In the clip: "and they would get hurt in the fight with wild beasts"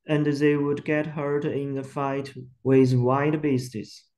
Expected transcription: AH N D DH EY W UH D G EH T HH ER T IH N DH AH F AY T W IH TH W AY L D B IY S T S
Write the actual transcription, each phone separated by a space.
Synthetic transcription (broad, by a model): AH N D DH EY W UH D G EH T HH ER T IH N DH AH F AY T W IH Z W AY D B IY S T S